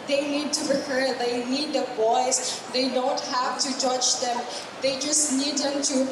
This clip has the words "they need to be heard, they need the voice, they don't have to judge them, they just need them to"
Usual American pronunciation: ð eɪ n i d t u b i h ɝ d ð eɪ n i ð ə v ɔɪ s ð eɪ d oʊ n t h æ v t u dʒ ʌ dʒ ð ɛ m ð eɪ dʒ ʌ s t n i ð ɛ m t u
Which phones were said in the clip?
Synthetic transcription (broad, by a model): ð eɪ n i d t u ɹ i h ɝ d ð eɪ n i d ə b ɔɪ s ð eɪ d oʊ n t h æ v t u dʒ ʌ dʒ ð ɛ m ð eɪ dʒ ʌ s t n i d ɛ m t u